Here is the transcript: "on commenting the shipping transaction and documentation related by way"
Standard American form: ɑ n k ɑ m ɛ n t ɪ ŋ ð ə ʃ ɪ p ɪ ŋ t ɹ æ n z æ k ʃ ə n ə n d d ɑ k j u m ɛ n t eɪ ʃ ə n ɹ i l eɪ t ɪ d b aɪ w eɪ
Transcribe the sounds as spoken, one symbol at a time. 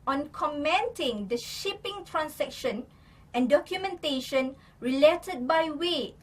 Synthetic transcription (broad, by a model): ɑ n k ɑ m ɛ n t ɪ ŋ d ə ʃ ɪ p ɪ ŋ t ɹ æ n s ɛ k ʃ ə n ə n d d ɑ k j u m ɛ n t eɪ ʃ ə n ɹ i l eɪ t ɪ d b aɪ w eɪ